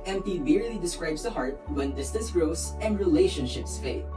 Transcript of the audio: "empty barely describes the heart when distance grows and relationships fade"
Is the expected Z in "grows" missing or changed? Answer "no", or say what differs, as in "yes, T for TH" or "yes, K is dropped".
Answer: yes, S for Z